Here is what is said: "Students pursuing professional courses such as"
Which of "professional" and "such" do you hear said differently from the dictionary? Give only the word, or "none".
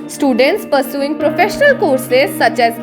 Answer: none